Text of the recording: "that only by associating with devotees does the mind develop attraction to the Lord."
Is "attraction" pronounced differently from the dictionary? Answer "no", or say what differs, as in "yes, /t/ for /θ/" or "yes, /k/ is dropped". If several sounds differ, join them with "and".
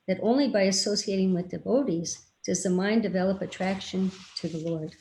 no